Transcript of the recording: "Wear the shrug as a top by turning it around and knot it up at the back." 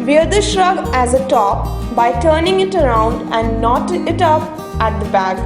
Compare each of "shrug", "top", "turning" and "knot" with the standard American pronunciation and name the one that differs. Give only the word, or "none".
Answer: none